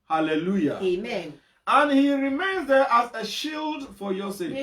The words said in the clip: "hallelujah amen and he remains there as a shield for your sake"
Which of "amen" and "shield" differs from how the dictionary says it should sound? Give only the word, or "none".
none